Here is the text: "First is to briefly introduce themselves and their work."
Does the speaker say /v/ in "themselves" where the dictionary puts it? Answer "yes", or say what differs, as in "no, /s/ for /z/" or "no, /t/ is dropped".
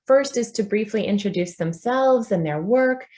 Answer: yes